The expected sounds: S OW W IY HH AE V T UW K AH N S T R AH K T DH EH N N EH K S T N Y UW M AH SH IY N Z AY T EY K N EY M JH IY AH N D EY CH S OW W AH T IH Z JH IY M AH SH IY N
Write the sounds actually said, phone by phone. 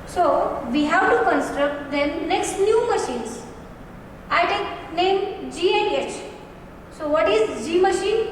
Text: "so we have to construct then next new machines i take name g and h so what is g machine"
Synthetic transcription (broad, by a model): S OW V IY HH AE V T UW K AH N S T R AH K T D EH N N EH K S T N Y UW M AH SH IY N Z AY T EY K N EY M JH IY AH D EY CH S OW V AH T IH Z JH IY M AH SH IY N